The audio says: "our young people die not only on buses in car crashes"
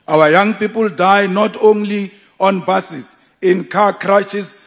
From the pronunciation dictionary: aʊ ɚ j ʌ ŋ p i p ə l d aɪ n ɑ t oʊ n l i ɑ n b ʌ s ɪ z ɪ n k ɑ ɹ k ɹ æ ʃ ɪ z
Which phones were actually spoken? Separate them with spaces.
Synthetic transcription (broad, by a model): aʊ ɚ j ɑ ŋ p i p ə l d aɪ n ɑ t oʊ n l i ɑ n b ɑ s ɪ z ɪ n k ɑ k ɹ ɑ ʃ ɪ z